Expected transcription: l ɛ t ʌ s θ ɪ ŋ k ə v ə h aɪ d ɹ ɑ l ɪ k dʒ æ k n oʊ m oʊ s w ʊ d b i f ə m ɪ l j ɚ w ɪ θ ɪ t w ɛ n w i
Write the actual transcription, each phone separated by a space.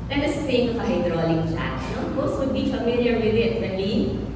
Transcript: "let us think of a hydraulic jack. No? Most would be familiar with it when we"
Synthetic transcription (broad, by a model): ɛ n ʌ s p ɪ k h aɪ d ɹ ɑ l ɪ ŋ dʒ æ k n oʊ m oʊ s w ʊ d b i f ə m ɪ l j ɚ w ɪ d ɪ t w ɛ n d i